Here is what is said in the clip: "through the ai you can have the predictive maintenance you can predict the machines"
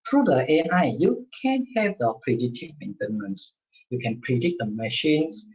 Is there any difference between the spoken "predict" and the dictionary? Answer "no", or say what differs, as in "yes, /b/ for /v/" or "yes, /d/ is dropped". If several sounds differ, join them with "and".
yes, /k/ is dropped